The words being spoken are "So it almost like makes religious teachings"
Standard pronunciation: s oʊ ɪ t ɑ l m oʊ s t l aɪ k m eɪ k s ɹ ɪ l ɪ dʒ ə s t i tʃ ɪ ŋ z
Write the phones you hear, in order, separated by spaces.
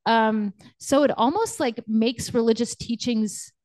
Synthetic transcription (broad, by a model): s oʊ ɪ t ɑ l m oʊ s t l aɪ k m eɪ k s ɹ ɪ l ɪ dʒ ə s t i tʃ ɪ ŋ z